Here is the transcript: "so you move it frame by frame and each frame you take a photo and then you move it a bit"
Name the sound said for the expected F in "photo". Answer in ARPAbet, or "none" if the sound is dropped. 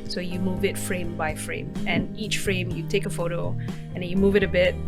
F